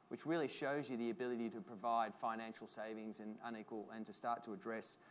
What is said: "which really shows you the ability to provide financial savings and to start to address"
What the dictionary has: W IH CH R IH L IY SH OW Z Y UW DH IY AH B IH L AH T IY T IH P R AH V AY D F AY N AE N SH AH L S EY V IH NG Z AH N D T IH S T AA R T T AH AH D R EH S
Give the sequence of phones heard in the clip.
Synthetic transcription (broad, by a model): W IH CH R IH L IY SH OW Z Y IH DH IY AH B IH L AH T IY T IH P R AH V AY D F AY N AE N SH L S EY V IH NG Z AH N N T IH S T AA R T T AH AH D R EH S